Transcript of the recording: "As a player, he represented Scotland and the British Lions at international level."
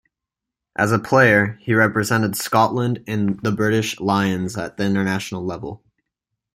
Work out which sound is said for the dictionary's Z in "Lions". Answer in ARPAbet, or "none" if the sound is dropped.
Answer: Z